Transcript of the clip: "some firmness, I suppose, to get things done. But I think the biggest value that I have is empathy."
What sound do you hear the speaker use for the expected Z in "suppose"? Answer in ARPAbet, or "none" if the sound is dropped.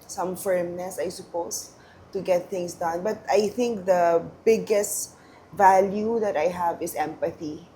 S